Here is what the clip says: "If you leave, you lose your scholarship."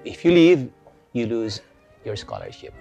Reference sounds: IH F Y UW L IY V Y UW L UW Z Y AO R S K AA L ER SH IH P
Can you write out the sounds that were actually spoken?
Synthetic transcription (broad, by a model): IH F Y UW L IY V Y UW L UW Z Y AO R S K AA L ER SH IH P